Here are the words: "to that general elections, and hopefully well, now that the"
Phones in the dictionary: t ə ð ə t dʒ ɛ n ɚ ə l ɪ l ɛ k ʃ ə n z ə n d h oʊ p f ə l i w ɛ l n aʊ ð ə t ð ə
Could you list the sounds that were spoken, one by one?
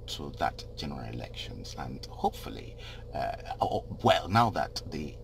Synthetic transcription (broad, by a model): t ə ð ə t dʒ ɛ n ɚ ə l ɪ l ɛ k ʃ ə n z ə n h oʊ p f ə l i w ɛ l n aʊ ð ə t ð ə